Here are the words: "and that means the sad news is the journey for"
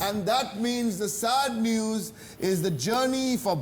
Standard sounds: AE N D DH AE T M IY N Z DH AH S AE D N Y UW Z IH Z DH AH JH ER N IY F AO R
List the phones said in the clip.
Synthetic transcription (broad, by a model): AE N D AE T M IY N Z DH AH S AE D N Y UW Z IH Z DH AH JH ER N IY F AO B